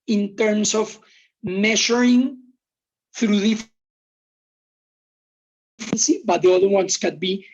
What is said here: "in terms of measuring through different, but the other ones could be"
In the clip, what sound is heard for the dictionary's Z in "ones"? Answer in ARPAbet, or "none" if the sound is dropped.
S